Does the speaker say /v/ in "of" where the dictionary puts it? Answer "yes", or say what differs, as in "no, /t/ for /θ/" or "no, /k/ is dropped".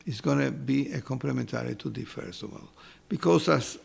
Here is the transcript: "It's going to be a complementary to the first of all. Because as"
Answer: no, /w/ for /v/